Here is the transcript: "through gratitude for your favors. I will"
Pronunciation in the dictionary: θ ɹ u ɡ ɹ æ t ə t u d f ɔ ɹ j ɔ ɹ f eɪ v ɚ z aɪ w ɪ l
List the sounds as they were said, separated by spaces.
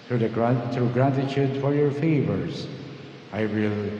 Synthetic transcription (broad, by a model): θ ɹ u ɡ ɹ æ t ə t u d f ɔ ɹ j ɔ ɹ f eɪ v ɚ z aɪ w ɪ l